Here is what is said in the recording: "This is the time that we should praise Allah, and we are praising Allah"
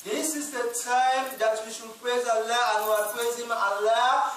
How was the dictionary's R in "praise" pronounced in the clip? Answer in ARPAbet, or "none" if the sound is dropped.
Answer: none